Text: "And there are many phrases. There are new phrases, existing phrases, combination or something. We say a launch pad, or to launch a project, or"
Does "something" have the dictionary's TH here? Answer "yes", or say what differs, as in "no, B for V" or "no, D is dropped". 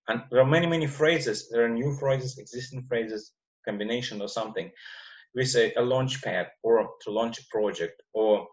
yes